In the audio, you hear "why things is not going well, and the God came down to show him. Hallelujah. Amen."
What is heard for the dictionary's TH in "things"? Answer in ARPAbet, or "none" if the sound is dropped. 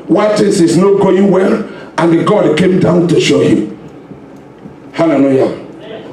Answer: T